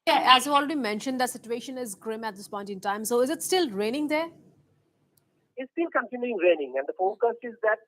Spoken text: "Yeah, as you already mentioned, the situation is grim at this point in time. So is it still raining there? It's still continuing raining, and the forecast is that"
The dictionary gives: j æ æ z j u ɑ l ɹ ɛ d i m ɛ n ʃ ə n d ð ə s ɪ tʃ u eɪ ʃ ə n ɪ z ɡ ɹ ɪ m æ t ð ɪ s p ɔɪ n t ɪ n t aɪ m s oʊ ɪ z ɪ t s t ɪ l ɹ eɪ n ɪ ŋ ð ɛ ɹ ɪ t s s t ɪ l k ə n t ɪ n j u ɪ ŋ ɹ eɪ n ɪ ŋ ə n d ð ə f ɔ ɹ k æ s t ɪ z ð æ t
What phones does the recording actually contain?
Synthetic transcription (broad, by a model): j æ æ z j u ɑ l ɹ ɛ d i m ɛ n ʃ ə n d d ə s ɪ tʃ u eɪ ʃ ə n ɪ z ɡ ɹ ɪ m æ t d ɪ s p ɔɪ n t ɪ n t aɪ m s oʊ ɪ z ɪ t s t ɪ l ɹ eɪ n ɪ ŋ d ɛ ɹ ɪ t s s t ɪ l k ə n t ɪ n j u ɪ ŋ ɹ eɪ n ɪ ŋ ə n d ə f ɔ k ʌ s ɪ z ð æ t